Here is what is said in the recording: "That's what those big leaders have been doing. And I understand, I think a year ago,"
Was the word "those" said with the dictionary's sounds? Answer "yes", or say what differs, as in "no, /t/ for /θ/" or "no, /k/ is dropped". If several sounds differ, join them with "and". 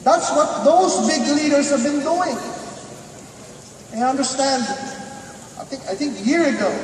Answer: yes